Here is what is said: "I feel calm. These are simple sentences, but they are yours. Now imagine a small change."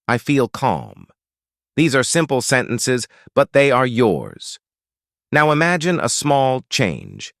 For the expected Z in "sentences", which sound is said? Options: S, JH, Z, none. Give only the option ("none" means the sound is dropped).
Z